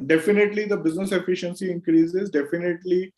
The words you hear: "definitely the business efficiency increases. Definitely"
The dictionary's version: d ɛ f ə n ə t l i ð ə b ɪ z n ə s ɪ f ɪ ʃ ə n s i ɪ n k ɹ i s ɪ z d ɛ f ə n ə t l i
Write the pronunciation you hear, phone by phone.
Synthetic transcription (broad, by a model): d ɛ f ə n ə t l i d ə b ɪ z n ə s ɪ f ɪ ʃ ə n s i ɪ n k ɹ i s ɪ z d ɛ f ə n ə t l i